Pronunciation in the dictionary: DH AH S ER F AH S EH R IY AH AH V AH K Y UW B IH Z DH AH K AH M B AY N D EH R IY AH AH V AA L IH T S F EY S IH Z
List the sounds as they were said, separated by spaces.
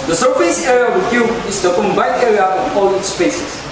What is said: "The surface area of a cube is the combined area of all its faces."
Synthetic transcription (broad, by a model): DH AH S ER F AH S EH R IY AH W AH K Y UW IH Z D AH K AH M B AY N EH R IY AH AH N AA L IH T S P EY S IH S